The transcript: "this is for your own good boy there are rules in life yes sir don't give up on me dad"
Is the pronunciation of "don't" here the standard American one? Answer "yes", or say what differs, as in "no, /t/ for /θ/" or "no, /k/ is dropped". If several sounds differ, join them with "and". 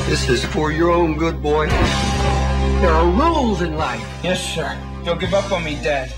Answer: no, /l/ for /n/